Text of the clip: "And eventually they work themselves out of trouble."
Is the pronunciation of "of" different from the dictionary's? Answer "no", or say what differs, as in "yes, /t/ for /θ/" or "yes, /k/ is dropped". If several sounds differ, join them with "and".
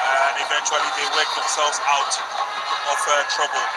yes, /f/ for /v/